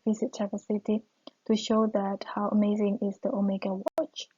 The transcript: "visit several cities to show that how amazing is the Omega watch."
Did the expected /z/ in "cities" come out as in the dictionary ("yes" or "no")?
no